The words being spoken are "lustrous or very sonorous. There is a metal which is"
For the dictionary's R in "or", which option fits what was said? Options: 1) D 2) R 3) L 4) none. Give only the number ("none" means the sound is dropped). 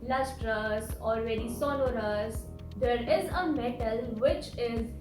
3